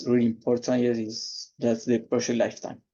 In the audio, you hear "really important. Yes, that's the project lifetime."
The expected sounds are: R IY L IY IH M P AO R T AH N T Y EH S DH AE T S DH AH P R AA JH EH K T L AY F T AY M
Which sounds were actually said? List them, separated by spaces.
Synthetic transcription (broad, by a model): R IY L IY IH M P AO R T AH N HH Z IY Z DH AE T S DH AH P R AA SH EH T L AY F T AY M